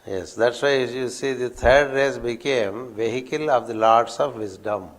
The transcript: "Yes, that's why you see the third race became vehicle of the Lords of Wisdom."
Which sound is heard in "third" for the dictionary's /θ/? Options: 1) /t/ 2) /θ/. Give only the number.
1